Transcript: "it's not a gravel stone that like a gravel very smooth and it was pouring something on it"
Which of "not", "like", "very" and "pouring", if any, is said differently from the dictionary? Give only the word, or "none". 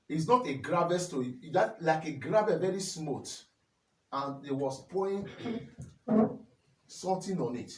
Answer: pouring